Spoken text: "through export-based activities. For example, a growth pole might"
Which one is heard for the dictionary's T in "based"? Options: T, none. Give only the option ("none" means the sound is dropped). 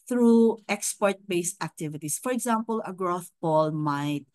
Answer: T